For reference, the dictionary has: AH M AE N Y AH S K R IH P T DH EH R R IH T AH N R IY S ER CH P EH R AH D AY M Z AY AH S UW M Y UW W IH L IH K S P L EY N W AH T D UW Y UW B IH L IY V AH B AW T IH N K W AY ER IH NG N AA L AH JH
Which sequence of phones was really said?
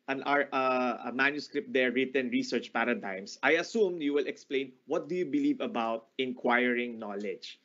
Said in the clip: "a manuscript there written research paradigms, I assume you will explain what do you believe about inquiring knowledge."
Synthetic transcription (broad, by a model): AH M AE N Y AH S K R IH P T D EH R R IH T AH N R IY S ER CH P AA R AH D AY M S AY AH S UW M Y UW W IH L IH K S P L EY N W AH T D UW Y UW B IH L IY V AH B AW T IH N K W AY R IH NG N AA L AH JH